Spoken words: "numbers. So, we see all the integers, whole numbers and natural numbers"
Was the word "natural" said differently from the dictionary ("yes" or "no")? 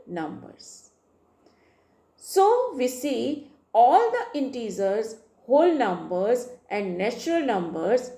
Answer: no